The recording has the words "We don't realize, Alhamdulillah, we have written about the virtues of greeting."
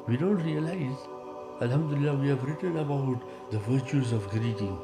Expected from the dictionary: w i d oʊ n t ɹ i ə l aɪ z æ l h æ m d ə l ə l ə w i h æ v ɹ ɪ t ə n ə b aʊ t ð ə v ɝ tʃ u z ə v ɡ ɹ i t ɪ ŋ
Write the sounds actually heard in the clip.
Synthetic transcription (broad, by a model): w i d oʊ n t ɹ i ə l aɪ z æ l h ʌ m d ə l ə l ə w i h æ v ɹ ɪ t ə n ə b aʊ t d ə v ɝ tʃ u z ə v ɡ ɹ i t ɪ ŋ